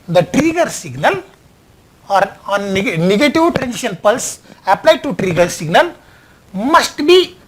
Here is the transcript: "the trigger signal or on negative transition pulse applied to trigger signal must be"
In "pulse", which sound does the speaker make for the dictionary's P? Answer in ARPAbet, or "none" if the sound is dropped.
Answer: P